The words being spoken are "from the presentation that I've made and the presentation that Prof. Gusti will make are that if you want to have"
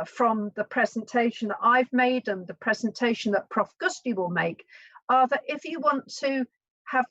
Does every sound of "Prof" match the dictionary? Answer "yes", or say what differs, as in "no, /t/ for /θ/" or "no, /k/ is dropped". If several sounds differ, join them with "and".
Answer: yes